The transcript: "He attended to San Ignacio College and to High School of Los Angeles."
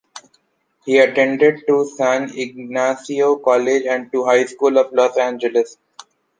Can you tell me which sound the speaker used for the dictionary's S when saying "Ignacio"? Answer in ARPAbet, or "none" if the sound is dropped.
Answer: S